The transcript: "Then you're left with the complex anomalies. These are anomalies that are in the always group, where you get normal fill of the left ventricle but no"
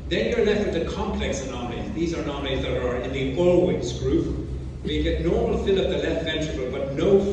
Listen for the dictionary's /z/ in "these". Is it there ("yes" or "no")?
yes